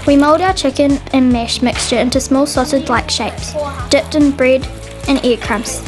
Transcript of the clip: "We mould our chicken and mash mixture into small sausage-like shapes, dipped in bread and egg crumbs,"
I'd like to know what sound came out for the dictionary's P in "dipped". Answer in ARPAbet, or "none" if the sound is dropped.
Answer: P